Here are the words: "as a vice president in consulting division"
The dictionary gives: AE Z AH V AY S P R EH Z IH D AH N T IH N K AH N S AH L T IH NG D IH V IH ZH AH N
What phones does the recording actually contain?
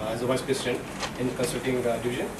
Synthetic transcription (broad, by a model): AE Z AH V AY S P R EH S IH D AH N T IH N K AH N S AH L T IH NG D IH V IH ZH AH N